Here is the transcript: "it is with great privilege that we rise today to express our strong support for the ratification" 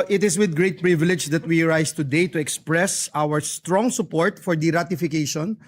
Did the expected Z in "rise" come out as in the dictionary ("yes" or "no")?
no